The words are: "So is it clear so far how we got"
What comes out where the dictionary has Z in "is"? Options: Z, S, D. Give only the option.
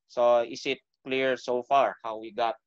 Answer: S